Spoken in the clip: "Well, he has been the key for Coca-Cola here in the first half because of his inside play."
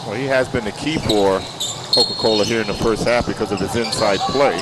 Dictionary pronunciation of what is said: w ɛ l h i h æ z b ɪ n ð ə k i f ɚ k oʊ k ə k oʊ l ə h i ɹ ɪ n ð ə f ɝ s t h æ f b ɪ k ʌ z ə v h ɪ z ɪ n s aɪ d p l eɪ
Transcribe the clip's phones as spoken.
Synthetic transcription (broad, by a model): w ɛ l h i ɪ z b ɪ n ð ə k i f ɚ k oʊ k ə k oʊ l ə h i ɹ ɪ n ð ə f ɝ s t h æ f b ɪ k ʌ z ə v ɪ z ɪ n s aɪ d p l eɪ